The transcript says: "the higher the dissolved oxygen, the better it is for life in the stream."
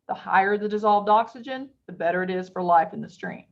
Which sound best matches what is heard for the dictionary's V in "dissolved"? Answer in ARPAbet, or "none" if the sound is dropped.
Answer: V